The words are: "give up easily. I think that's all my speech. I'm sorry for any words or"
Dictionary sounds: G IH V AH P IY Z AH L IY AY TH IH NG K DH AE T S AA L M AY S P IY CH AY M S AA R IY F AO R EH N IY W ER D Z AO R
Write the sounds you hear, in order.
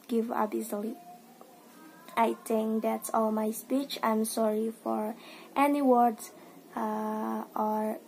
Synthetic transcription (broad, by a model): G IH V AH B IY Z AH L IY AY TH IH NG K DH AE T S AA L M AY S P IY CH AY M S AA R IY F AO R EH N IY W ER D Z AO R